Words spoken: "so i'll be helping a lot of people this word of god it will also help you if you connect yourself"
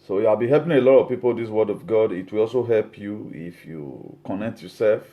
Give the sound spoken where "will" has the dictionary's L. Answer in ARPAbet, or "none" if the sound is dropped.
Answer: L